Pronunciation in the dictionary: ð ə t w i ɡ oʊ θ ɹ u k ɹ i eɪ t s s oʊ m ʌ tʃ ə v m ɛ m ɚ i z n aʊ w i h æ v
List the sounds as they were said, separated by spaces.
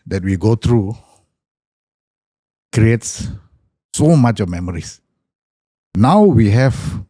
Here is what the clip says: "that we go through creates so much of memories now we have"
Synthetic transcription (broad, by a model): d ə t w i ɡ oʊ t ɹ u k ɹ i eɪ t s s oʊ m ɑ tʃ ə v m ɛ m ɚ i s n aʊ w i h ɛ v